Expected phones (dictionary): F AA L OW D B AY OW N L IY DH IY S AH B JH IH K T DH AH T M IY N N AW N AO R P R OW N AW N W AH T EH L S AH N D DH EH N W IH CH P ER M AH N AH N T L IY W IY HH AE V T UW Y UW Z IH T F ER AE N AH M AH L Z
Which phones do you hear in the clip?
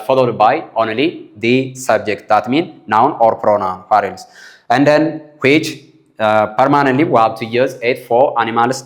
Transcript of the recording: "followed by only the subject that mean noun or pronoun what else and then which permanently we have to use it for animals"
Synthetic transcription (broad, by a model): F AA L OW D B AY OW N L IY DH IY S AH B JH IH K T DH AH T M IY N N AW N AO R P R OW N AW N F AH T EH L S AH N D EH N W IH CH P ER M AH N AH N T L IY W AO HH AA W T UW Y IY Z IH T F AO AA N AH M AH L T